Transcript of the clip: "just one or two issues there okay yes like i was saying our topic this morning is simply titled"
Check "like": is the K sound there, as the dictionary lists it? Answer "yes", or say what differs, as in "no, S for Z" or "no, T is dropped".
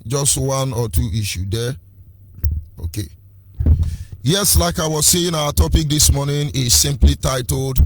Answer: yes